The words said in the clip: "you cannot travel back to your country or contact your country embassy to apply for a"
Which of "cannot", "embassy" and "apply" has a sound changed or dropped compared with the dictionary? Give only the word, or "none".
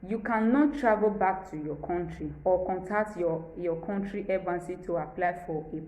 embassy